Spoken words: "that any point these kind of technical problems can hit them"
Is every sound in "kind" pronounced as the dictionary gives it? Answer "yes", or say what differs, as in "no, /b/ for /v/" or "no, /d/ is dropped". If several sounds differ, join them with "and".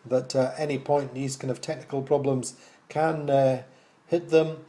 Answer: no, /d/ is dropped